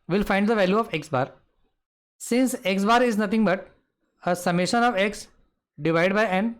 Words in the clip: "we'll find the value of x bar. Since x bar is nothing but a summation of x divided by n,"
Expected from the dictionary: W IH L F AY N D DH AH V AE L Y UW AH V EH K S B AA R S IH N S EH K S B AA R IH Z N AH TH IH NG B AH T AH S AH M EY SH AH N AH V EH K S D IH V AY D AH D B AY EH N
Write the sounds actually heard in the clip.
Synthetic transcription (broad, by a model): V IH L F AY N D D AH V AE L Y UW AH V EH K S B AA R S IH N S EH K S B AA R IH Z N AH T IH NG B AH T AH S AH M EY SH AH N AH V EH K S D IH V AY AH D B AY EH N